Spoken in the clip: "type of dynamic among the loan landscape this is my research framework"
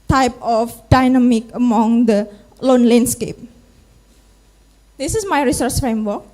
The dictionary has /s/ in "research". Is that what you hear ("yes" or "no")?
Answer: yes